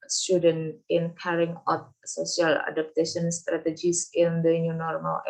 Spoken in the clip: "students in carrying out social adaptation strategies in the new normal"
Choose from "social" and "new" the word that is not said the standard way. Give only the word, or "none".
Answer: social